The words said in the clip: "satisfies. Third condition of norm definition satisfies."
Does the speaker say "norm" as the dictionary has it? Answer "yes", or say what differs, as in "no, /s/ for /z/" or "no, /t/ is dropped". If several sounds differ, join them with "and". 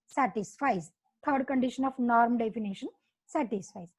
yes